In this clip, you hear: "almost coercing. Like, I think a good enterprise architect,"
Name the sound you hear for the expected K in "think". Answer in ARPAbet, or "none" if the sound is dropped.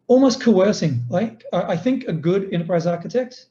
K